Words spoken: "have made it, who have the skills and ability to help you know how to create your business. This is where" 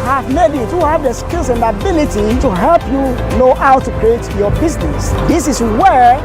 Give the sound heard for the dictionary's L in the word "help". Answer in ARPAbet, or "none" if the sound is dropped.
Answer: L